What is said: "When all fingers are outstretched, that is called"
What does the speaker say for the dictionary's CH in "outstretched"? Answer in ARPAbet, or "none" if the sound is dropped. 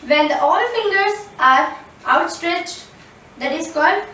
CH